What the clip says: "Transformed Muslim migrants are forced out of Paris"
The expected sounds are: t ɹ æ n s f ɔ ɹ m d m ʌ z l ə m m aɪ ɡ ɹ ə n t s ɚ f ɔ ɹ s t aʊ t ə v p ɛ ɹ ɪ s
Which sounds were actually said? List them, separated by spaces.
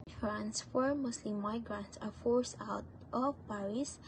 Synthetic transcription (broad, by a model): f ɹ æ n s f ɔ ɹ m m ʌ s l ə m m aɪ ɡ ɹ ə n t s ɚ f ɔ ɹ s aʊ t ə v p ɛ ɹ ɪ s